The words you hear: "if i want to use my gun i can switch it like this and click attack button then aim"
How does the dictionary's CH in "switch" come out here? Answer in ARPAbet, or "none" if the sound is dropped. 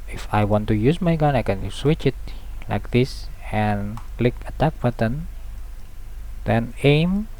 CH